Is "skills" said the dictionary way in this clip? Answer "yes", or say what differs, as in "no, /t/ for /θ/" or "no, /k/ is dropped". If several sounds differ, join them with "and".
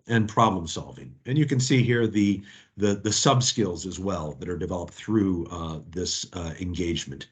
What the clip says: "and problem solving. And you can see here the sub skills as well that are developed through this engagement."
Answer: yes